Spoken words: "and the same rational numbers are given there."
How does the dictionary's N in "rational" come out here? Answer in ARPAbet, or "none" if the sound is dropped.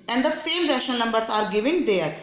none